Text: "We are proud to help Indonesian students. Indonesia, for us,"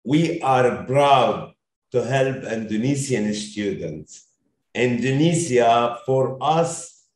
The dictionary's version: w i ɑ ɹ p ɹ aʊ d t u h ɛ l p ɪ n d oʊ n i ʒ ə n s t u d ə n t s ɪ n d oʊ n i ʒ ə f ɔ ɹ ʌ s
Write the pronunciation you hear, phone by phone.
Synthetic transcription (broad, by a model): w i ɑ ɹ b ɹ aʊ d t u h ɛ l p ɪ n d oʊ n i s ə n s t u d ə n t s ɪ n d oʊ n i s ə f ɔ ɹ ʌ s